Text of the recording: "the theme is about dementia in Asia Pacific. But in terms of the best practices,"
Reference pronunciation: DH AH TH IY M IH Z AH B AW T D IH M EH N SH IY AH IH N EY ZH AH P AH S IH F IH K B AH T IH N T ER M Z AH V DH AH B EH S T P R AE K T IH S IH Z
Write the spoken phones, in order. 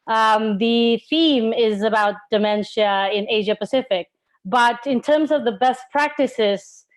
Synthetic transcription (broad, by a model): DH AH TH IY M IH Z AH B AW T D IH M EH N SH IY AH IH N EY ZH AH P AH S IH F IH K B AH T IH N T ER M Z AH V DH AH B EH S P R AE K T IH S IH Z